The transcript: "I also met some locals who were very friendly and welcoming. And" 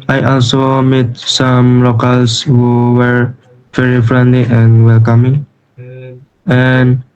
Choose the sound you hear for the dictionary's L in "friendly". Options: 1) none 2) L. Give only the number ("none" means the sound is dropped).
2